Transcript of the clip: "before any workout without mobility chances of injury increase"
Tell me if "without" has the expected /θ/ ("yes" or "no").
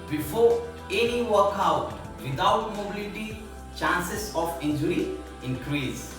no